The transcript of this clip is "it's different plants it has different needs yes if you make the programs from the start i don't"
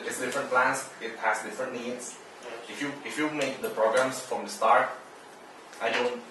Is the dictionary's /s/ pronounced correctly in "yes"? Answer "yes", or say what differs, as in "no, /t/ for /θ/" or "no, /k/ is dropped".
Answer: no, /s/ is dropped